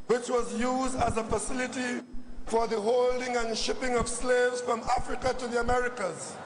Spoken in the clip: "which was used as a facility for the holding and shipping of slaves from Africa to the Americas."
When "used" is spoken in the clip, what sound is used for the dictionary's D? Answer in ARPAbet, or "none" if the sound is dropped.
D